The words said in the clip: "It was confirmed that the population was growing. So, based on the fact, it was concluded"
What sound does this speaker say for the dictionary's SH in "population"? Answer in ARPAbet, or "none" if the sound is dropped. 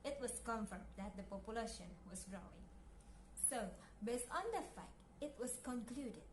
SH